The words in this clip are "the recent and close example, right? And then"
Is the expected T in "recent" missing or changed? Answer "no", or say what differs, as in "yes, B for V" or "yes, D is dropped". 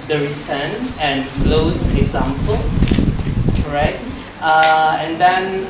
yes, T is dropped